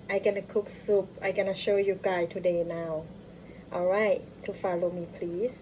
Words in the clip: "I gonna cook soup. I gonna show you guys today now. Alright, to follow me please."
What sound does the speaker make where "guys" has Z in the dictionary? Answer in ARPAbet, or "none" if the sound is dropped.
none